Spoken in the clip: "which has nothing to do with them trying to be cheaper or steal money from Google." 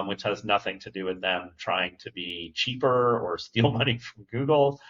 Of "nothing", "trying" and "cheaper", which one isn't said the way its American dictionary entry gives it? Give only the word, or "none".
none